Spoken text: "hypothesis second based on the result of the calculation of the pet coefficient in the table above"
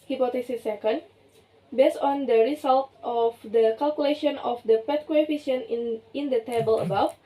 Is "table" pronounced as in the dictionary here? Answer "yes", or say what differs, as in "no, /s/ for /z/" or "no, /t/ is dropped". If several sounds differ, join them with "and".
yes